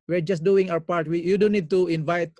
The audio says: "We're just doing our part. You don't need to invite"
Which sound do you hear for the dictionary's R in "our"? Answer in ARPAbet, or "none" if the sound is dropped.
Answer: W